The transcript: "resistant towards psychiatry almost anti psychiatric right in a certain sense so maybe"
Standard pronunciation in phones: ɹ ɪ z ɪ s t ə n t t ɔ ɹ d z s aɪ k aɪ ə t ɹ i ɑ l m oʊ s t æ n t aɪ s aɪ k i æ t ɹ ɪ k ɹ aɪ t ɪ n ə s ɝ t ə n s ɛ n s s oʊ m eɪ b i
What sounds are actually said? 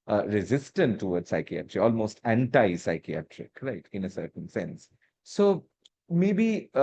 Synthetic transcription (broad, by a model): ɹ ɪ z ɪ s t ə n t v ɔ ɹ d s aɪ k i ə t ɹ i ɑ l m oʊ s t æ n t aɪ s aɪ k i æ t ɹ ɪ k ɹ aɪ t ɪ n ə s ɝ t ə n s ɛ n s s oʊ m eɪ b i